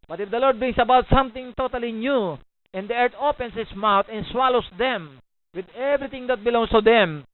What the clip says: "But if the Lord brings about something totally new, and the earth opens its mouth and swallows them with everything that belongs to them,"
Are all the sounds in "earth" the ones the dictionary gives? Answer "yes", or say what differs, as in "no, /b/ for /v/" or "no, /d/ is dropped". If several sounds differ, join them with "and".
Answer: no, /t/ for /θ/